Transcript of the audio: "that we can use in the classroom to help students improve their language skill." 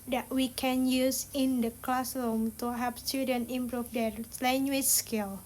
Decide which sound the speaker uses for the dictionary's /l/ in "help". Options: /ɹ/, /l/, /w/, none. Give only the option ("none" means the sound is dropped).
none